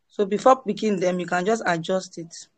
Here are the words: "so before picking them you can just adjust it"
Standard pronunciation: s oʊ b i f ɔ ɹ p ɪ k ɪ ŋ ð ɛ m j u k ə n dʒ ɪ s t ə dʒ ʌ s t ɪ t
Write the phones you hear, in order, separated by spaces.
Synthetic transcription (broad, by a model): s oʊ b i f ɔ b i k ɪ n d ɛ m j u k ə n dʒ ɪ s t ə dʒ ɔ s t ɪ t